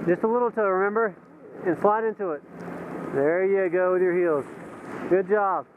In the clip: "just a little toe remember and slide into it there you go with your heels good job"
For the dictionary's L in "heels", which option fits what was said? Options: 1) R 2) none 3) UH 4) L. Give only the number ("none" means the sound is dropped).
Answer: 4